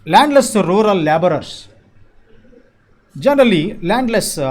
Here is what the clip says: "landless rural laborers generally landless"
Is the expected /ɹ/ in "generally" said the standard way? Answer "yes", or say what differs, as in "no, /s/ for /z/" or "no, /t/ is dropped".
yes